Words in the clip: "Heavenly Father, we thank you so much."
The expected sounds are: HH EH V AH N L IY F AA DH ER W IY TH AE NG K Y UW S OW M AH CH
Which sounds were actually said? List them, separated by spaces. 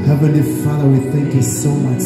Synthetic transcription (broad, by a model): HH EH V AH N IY F AA DH ER W IY TH AE NG K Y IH S OW M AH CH